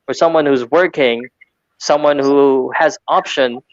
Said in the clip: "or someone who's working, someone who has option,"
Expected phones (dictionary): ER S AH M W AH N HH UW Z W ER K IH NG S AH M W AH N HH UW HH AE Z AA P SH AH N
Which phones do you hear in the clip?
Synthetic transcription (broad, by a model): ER S AH M W AH N HH UW Z W ER K IH NG S AH M W AH N HH UW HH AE Z AA P SH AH N